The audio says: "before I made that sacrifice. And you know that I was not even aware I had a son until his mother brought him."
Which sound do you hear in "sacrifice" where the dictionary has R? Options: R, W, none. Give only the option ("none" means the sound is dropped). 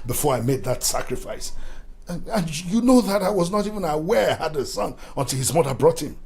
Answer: R